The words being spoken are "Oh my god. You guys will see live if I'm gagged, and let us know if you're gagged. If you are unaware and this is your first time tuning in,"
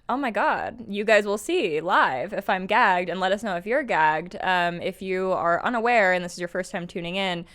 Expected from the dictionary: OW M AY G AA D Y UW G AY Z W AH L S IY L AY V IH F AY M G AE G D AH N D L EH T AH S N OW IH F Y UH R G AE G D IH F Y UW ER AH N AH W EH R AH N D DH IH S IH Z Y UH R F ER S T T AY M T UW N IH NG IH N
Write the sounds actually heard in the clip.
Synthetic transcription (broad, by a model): OW M AY G AA D Y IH G AY Z W AH L S IY L AY V IH F AY M G AE G D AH N L EH T AH S N OW IH F Y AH R G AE G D IH F Y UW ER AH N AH W EH R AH N DH IH S IH Z Y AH R F ER S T T AY M T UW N IH NG IH N